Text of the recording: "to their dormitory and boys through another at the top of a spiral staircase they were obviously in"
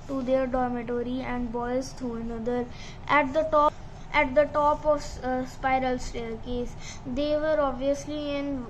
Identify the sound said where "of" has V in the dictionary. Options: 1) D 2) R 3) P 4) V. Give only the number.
3